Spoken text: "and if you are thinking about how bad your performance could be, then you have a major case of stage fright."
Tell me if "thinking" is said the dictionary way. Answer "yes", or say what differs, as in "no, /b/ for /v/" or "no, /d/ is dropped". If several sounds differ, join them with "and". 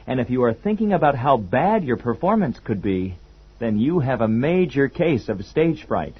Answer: yes